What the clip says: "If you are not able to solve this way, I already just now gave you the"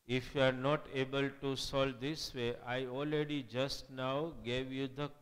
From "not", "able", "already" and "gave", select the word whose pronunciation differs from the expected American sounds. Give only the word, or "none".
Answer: none